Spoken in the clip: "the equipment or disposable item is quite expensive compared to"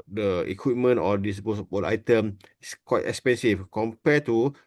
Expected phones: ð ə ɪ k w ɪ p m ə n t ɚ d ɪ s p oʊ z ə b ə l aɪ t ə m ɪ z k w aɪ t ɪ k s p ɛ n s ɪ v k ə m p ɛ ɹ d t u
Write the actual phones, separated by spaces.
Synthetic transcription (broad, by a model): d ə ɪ k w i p m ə n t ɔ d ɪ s b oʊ s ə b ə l aɪ t ə m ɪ s k w aɪ t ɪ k s p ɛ n s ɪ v k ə m p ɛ t u